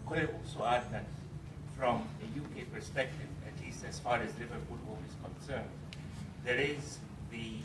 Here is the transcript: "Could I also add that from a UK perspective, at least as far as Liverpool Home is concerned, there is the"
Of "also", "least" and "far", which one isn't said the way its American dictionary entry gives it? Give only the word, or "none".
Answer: none